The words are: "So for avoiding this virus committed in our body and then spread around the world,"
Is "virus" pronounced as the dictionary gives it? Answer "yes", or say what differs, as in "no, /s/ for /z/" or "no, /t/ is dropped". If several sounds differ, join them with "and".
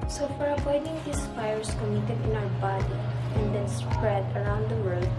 no, /f/ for /v/